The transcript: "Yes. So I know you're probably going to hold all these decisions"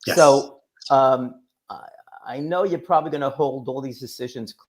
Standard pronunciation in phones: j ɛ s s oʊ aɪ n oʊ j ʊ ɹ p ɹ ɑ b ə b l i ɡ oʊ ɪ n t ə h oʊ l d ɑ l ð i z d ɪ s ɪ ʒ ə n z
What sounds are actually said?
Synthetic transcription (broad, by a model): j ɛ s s oʊ aɪ n oʊ j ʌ ɹ p ɹ ɑ b ə b l i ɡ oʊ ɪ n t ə h oʊ l d ɑ l ð i z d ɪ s ɪ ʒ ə n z